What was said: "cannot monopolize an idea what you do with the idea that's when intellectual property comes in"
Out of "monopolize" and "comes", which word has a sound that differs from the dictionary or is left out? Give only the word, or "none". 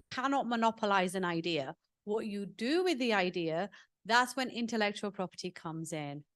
none